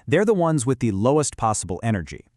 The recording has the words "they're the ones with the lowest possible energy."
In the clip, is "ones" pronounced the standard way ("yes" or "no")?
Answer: yes